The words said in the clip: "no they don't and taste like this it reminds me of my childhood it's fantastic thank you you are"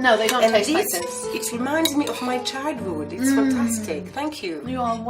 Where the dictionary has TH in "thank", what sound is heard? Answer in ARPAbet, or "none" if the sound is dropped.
TH